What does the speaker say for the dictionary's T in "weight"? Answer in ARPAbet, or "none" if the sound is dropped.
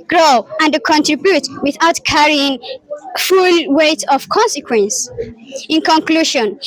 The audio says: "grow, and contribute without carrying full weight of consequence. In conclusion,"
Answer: T